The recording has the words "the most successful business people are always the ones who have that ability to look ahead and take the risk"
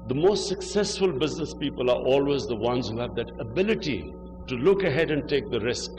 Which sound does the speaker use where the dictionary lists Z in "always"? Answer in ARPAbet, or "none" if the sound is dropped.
Z